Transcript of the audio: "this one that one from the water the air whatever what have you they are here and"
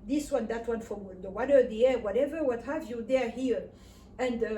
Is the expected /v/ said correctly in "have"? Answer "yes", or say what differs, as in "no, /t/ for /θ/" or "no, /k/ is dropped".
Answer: yes